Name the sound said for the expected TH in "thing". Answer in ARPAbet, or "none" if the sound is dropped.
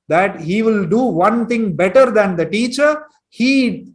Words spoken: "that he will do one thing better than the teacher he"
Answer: T